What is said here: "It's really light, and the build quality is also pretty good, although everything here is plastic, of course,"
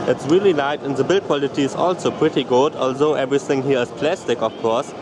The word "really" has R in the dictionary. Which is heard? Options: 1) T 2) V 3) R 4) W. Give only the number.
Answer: 3